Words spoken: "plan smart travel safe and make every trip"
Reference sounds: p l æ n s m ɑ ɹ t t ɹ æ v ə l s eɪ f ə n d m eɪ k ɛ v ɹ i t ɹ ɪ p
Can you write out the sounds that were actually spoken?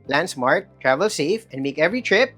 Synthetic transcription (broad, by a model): l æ n s m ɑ ɹ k t ɹ æ v ə l s eɪ f ə n d m eɪ k ɛ v ɹ i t ɹ ɪ p